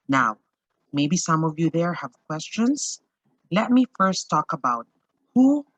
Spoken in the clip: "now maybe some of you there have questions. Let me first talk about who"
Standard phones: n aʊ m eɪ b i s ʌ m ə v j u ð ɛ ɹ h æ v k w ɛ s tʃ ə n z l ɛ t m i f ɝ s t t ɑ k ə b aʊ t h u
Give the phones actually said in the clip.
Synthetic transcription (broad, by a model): n aʊ m eɪ b i s ʌ m ə v j u ð ɛ ɹ h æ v k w ɛ s tʃ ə n s l ɛ t m i f ɝ s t t ɑ k ə b aʊ t h u